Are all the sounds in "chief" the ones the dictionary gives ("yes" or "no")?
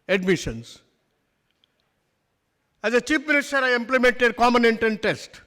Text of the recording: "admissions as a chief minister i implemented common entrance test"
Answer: no